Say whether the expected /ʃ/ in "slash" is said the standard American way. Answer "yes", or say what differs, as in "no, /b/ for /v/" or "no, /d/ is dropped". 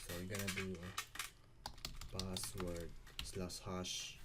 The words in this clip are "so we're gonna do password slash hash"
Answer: no, /s/ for /ʃ/